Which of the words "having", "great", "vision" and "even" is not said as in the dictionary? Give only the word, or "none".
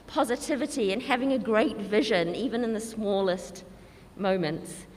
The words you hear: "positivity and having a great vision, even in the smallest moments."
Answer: none